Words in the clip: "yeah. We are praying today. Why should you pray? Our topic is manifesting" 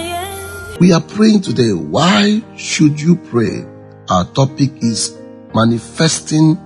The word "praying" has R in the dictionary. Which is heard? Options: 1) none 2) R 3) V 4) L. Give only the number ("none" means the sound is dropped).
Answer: 2